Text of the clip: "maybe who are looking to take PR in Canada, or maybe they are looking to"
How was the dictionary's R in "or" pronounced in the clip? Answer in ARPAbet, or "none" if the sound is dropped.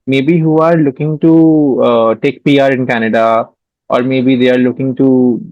R